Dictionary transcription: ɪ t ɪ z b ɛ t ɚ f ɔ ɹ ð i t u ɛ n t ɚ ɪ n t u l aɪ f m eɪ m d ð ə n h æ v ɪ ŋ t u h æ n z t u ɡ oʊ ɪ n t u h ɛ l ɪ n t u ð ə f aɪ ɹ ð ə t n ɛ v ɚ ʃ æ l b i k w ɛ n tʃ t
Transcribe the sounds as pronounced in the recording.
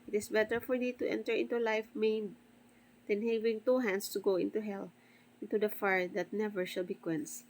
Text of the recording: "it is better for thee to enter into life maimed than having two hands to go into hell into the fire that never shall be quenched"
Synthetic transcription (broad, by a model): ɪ t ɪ s b ɛ t ɚ f ɔ ɹ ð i t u ɛ n t ɚ ɪ n t u l aɪ f m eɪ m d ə n h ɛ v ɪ ŋ t u h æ n s t u ɡ oʊ ɪ n t u h ɛ l ɪ n t u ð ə f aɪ ɹ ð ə t n ɛ v ɚ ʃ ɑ l b i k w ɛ n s